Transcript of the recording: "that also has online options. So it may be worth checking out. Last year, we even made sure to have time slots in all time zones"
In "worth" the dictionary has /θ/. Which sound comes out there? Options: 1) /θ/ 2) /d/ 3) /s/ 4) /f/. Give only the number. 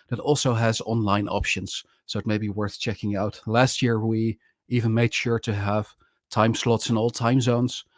1